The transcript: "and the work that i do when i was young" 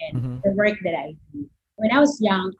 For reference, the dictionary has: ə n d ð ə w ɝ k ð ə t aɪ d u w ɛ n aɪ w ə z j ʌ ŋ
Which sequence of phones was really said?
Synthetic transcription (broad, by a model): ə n ð ə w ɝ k ð ə t aɪ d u w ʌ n aɪ w ə z j ʌ ŋ